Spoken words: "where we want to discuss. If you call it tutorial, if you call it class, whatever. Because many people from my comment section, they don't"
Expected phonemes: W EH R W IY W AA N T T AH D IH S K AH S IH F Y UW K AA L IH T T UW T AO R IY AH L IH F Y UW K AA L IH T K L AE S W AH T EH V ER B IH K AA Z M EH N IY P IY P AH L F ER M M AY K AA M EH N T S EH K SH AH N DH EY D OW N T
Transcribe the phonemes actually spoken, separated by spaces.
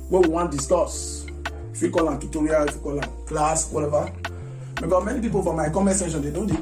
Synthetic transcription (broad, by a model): W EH W IY W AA N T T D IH S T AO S IH F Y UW K AA L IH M T UW T AO R IY AH L IH F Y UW K AA L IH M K L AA S W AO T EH V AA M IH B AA M EH N IY P IY P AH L F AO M M AY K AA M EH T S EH SH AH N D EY D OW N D